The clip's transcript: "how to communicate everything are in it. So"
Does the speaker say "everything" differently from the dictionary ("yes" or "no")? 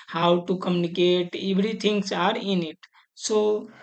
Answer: yes